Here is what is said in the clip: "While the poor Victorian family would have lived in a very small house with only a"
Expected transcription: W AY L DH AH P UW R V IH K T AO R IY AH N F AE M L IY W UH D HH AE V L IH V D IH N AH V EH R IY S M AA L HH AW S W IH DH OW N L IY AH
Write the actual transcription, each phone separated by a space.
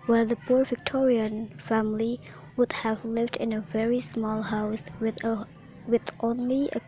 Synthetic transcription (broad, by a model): W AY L DH AH P UW R V IH K T AO R IY AH N F AE M L IY W UH D HH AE V L IH V D IH N AH V EH R IY S M AA L HH AW S W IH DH OW N L IY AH